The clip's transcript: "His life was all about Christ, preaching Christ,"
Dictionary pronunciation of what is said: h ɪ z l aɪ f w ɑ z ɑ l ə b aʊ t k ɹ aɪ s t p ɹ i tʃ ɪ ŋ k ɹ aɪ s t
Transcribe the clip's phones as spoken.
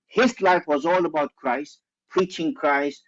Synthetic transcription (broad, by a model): h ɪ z l aɪ f w ɑ z ɑ l ə b aʊ t k ɹ aɪ s t p ɹ i tʃ ɪ ŋ k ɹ aɪ s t